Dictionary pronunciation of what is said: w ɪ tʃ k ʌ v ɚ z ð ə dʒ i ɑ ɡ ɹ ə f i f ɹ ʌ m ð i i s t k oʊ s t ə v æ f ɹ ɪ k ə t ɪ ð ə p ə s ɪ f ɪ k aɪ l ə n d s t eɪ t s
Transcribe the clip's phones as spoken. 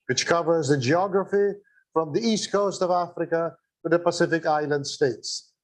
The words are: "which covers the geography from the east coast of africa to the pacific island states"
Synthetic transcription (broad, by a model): w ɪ tʃ k ʌ v ɚ z ð ə dʒ i ɑ ɡ ɹ ə f i f ɹ ʌ m ð i i s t k oʊ s t ə v æ f ɹ ɪ k ə t ɪ ð ə p ə s ɪ f ɪ k aɪ l ə n d s t eɪ t s